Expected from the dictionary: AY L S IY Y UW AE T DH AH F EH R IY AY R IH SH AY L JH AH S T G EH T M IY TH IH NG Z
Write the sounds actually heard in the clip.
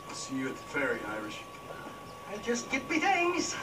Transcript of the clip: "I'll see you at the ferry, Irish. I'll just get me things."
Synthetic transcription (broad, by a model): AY S IY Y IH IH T DH AH F EH R IY AY R IH SH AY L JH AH S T G EH T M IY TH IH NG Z